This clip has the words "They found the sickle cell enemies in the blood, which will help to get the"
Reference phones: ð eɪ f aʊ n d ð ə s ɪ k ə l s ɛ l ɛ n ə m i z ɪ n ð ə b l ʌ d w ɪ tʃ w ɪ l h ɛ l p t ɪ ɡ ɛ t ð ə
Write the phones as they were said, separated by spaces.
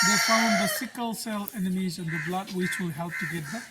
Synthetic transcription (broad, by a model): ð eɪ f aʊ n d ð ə s ɪ k ə l s ɛ l ɛ n ə m i z ɪ n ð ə b l ʌ d w ɪ tʃ w ɪ l h ɛ l p t ɪ ɡ ɛ t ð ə